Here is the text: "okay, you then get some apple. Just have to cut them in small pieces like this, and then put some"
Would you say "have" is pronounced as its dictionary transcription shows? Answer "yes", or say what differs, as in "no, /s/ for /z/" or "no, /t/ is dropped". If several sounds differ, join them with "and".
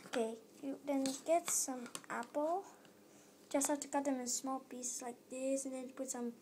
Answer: no, /f/ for /v/